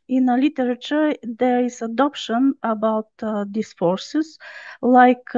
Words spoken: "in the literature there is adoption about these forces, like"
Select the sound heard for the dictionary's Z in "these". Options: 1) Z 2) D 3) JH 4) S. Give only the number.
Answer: 4